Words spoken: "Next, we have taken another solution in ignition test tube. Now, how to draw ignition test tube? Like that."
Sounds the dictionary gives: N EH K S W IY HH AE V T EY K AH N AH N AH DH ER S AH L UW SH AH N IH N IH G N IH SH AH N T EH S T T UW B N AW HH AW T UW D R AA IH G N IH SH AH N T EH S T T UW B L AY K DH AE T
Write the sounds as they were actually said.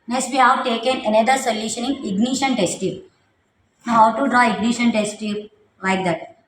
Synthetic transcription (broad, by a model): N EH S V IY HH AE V T EY K AH N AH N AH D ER S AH L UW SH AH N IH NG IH G N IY SH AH N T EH S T T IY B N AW HH AW T UW D R AA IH G N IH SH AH N T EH S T T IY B L AY K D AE T